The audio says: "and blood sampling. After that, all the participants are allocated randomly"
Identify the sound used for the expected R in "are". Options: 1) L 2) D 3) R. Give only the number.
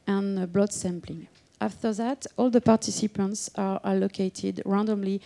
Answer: 3